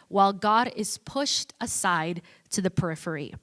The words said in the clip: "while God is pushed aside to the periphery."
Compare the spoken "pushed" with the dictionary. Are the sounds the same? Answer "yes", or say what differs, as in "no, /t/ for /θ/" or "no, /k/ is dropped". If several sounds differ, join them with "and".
yes